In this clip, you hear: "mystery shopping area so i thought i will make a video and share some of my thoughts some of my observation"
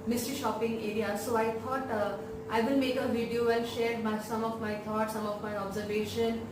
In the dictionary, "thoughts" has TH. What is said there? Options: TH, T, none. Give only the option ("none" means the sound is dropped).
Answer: T